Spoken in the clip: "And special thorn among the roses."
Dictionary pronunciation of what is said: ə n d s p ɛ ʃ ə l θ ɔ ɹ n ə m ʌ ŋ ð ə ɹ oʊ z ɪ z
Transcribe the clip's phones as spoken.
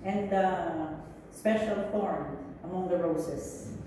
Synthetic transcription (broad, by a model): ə n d s p ɛ ʃ ə l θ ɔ ɹ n ə m ʌ ŋ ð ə ɹ oʊ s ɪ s